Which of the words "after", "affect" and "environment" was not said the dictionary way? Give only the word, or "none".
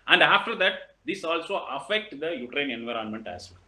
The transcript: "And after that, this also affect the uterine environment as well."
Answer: none